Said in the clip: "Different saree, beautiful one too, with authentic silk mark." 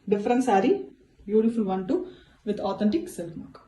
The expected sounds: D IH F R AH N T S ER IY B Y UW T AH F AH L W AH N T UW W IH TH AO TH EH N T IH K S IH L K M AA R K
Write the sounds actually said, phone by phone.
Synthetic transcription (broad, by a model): D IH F R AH N S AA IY B Y UW T AH F AH L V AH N T UW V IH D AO T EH N T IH K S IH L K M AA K